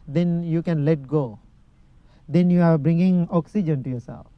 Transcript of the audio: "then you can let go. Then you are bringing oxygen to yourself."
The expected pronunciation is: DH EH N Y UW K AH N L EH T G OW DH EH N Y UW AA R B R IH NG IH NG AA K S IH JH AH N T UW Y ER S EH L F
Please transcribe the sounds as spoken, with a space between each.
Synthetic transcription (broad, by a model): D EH N Y UW K AH N L EH T G OW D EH N Y UW AA R B R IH NG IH NG AA K S IH JH AH N T UW Y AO S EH L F